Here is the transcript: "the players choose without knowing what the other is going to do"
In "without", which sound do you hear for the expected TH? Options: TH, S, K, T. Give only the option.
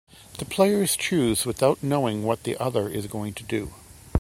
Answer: TH